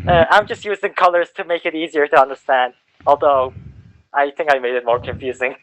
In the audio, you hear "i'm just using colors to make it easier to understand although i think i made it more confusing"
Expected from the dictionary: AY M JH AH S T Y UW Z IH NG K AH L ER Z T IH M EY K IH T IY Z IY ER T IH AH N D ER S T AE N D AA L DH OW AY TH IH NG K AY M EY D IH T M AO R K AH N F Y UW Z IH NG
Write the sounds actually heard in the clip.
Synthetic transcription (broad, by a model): AY M JH AH S T Y UW Z IH NG K AH L ER Z T IH M EY K IH T IY Z IY ER T IH AH N D ER S T AE N D AA L DH OW AY TH IH NG K AY M EY D IH T M AO R K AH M F Y UW Z IH NG